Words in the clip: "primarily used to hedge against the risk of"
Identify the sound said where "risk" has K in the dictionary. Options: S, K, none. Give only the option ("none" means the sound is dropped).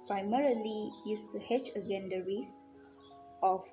none